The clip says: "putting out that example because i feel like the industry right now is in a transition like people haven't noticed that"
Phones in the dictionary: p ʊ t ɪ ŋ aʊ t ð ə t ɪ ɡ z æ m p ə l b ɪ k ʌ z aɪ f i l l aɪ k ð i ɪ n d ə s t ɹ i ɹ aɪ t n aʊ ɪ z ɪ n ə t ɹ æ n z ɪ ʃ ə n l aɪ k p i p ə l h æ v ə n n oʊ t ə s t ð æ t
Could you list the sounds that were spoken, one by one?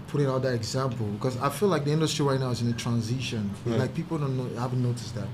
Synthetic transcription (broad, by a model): p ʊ t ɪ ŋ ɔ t ð ə t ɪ ɡ z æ m p l b ɪ k ʌ z aɪ f i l l aɪ k ð i ɪ n d ə s t ɹ i ɹ aɪ t n aʊ ɪ z ɪ n ə t ɹ æ n z ɪ ʃ ə n l aɪ k p i p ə n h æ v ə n n oʊ t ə s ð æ t